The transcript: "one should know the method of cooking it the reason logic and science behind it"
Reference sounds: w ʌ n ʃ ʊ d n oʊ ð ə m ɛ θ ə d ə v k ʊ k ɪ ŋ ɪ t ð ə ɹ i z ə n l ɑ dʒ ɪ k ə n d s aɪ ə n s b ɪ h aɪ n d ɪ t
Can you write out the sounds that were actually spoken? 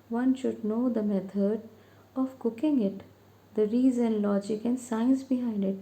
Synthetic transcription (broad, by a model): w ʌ n ʃ ʊ d n oʊ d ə m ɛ t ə d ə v k ʊ k ɪ ŋ ɪ t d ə ɹ i z ə n l ɑ dʒ ɪ k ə n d s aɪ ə n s b ɪ h aɪ n d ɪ t